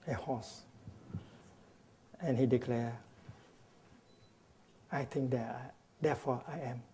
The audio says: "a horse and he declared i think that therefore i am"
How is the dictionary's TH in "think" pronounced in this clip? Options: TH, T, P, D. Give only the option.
T